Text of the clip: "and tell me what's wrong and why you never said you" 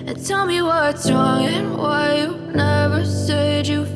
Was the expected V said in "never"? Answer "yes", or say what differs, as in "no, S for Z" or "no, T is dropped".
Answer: yes